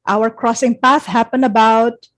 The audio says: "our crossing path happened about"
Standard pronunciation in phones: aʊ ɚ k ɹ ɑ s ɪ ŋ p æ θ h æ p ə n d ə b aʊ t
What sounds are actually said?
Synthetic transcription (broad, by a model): aʊ ɚ k ɹ ɑ s ɪ ŋ p æ θ h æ p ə n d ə b aʊ t